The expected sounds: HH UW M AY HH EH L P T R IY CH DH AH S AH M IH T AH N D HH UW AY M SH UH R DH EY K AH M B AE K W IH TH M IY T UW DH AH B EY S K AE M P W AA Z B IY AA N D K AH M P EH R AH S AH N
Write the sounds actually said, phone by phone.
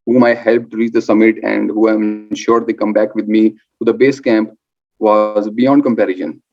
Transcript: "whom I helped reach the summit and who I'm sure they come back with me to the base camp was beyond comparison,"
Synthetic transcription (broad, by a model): HH UW M AY HH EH L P T R IY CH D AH S AH M IH T AH N D HH UW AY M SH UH R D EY K AH M B AE K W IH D M IY T UW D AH B EY S K AE M P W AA Z B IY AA N D K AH M P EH R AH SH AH N